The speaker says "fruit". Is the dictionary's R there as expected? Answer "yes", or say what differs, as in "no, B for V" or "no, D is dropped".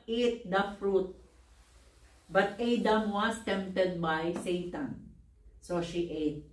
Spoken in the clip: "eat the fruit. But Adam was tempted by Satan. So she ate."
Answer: yes